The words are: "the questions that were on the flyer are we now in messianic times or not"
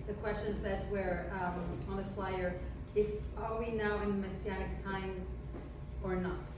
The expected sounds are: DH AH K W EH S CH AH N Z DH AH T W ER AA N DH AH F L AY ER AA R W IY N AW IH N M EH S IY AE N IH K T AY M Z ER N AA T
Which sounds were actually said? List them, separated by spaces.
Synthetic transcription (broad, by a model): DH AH K W EH S CH AH N Z DH AH T W ER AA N DH AH F L AY ER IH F W IY N AW IH N M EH S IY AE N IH K T AY M Z ER N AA T